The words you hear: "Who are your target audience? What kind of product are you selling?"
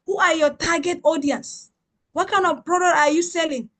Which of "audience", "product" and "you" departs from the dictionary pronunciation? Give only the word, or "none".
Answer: product